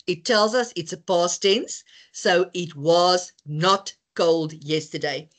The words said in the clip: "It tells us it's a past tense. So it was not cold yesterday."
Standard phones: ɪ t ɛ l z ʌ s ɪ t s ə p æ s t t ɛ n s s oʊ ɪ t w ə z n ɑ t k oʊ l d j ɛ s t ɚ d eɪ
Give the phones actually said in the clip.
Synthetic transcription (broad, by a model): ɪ t ɛ l z ʌ s ɪ t s ə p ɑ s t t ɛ n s s oʊ ɪ t w ə z n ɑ t k oʊ l d j ɛ s t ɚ d eɪ